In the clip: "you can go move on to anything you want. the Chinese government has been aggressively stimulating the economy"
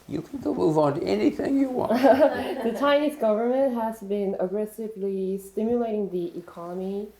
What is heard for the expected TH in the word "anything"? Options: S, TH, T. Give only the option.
TH